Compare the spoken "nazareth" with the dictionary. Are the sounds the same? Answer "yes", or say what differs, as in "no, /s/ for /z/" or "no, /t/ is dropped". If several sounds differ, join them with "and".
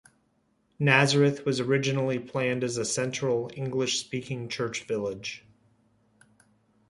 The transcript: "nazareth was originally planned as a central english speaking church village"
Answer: yes